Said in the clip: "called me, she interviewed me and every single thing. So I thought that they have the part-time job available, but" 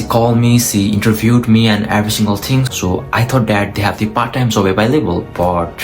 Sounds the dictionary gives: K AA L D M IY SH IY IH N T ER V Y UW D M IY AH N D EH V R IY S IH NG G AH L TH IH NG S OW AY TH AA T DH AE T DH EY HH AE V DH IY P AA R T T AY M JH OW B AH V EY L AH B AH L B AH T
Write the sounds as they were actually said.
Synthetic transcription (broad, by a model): K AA L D M IY S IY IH N T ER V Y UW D M IY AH N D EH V R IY S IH NG G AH L T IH NG S OW AY T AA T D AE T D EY HH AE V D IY P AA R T T AY M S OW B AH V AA L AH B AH L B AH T